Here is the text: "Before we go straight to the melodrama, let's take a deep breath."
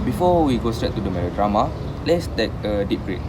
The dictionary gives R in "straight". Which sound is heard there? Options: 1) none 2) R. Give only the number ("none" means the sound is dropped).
2